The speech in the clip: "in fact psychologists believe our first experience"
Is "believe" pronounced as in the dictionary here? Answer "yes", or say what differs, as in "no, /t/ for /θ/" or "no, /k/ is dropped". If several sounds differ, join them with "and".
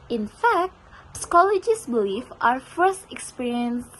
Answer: no, /f/ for /v/